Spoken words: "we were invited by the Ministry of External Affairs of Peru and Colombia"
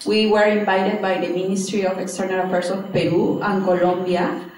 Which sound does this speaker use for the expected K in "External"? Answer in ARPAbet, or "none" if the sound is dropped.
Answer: K